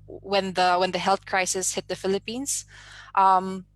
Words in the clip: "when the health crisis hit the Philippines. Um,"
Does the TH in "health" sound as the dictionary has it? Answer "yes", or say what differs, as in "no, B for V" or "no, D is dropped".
yes